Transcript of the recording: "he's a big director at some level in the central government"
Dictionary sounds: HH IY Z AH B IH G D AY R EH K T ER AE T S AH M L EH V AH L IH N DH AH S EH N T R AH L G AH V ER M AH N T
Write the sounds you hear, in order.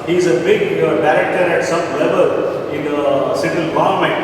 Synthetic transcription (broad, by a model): HH IY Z AH B IH G D AY R EH K T ER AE T S AH M L EH V AH L IH N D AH S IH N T AH L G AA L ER M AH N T